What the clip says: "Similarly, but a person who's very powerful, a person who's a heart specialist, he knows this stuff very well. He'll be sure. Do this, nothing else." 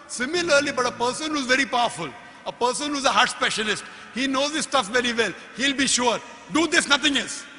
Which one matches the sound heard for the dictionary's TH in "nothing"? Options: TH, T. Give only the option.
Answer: T